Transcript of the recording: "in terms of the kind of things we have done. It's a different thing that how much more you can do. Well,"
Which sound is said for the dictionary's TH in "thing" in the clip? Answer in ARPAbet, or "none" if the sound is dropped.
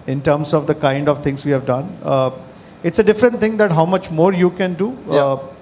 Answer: T